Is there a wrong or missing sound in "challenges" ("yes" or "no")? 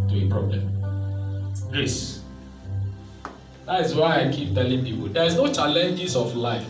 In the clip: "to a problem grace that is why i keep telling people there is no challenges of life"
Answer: yes